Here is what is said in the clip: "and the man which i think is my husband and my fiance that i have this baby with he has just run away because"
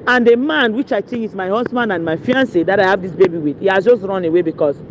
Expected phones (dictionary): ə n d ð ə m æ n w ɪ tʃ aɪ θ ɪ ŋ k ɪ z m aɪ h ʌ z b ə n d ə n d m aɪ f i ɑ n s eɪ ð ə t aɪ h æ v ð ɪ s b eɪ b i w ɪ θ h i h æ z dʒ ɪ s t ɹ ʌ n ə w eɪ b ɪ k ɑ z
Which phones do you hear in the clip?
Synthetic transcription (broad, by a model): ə n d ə m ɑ n w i tʃ aɪ t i k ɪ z m aɪ h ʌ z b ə n d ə n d m aɪ f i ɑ n s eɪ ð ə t aɪ h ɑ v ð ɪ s b eɪ b i w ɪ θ h i h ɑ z dʒ ɪ s t ɹ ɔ n ə w eɪ b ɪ k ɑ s